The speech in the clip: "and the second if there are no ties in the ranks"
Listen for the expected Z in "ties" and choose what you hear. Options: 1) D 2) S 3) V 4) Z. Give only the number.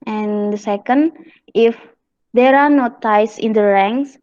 2